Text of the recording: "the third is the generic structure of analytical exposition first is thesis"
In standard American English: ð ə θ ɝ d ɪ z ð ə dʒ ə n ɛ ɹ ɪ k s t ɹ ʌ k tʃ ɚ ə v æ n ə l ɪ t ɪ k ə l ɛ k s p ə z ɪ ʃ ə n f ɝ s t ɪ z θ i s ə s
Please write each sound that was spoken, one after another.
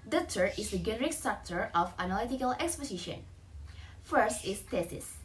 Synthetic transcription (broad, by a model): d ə t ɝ ɪ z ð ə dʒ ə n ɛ ɹ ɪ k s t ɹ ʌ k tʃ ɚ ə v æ n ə l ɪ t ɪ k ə l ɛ k s p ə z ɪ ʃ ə n f ɝ s t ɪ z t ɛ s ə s